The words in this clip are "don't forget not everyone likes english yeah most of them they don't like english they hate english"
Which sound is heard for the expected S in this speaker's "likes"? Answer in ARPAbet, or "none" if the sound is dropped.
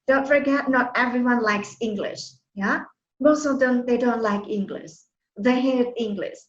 S